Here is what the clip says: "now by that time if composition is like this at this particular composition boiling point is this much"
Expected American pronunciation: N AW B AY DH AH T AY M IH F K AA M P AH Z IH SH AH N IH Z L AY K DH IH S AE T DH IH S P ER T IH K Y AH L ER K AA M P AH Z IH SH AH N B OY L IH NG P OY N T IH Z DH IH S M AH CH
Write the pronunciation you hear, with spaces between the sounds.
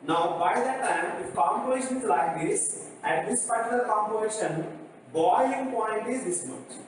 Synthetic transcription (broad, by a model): N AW B AY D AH T AY M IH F K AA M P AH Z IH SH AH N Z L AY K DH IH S AE T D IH S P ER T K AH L K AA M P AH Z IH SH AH N B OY IH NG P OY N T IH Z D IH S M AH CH